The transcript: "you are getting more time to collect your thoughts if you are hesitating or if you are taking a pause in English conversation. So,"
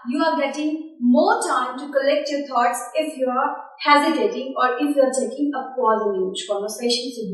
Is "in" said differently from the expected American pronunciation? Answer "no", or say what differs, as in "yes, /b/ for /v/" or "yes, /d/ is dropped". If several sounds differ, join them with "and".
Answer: yes, /l/ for /n/